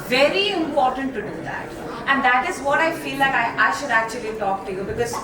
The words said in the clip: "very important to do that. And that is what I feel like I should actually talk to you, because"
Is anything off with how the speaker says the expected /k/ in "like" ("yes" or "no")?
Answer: yes